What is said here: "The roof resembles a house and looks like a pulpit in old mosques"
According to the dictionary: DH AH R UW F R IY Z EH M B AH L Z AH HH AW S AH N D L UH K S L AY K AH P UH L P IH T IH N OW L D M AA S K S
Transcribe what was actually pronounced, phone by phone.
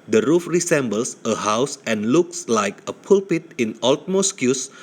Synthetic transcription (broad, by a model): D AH R UW F R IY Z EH M B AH L S AH HH AW S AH N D L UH K S L AY K AH P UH L P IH T IH N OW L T M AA S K S